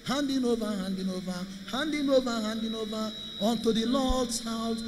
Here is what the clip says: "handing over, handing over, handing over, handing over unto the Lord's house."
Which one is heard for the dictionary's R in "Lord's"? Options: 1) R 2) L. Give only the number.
2